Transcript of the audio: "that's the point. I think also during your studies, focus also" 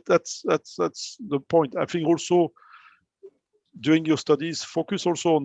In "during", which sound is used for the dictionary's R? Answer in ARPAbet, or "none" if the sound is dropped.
none